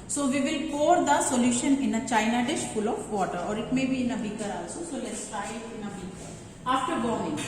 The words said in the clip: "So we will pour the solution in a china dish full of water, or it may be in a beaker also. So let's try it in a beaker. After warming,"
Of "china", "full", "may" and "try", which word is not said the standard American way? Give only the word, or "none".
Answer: try